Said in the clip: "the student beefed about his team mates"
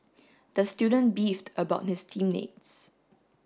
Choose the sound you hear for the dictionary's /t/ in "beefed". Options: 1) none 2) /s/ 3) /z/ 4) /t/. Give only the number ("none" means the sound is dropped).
4